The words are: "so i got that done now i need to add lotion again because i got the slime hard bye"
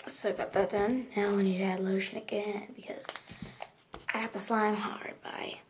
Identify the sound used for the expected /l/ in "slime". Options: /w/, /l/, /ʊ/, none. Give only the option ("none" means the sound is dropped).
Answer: /l/